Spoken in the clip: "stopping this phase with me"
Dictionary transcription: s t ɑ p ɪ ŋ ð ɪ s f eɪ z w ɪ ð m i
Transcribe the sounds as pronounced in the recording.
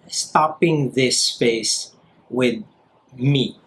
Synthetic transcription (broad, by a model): s t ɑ p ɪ ŋ ð ɪ s p eɪ s w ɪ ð m i